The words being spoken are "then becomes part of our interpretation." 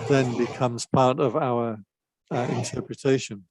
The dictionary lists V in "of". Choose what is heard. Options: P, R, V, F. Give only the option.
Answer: V